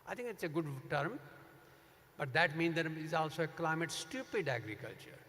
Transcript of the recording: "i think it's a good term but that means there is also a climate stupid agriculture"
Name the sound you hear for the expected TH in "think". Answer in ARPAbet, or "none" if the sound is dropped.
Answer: T